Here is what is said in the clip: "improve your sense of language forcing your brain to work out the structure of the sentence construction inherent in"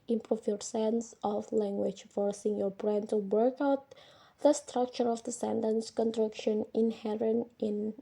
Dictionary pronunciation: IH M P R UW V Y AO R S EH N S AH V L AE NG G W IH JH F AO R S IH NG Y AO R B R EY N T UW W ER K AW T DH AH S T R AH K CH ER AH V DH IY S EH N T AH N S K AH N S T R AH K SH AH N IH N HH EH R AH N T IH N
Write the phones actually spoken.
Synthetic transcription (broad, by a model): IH M P R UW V Y AO R S EH N S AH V L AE NG G W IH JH F AO R S IH NG Y AO R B R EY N T UW W ER K AW T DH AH S T R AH K CH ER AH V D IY S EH N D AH N S K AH N T R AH K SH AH N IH N HH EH R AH N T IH N